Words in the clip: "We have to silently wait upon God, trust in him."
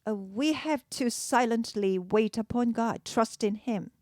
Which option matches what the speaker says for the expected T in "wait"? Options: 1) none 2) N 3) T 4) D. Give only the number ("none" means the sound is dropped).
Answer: 3